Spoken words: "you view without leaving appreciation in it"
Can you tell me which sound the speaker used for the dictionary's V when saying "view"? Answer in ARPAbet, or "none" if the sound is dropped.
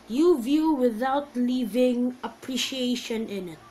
V